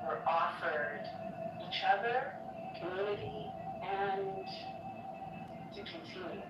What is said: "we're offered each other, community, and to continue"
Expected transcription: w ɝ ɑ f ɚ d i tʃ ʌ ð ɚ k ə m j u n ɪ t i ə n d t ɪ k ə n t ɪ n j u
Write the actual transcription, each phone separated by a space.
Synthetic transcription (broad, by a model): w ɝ ɑ f ɚ d i tʃ ʌ ð ɚ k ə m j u l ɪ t i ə n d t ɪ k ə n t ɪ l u